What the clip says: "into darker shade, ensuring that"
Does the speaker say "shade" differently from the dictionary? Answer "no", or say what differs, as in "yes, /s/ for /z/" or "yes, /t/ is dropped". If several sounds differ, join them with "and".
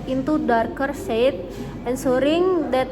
yes, /s/ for /ʃ/